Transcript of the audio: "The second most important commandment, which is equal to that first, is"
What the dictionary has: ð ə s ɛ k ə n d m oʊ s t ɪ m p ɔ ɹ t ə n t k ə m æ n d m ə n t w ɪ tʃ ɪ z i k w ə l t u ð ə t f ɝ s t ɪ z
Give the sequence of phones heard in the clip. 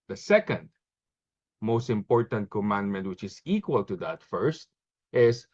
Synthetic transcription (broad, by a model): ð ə s ɛ k ə n d m oʊ s t ɪ m p ɔ ɹ t ə n t k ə m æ n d m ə n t w ɪ tʃ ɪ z i k w ə l t u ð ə t f ɝ s t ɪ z